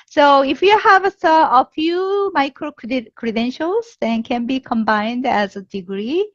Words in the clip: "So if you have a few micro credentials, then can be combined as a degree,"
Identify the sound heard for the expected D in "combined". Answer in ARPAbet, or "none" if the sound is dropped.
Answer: D